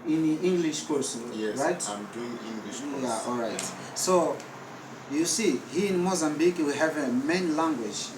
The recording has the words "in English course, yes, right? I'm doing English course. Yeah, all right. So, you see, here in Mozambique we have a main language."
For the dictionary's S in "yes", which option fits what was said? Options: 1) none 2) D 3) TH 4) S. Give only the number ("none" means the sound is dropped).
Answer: 1